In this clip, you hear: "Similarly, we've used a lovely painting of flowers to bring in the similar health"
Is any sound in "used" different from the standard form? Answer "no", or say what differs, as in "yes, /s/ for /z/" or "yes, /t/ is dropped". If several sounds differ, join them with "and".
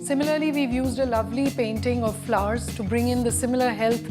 no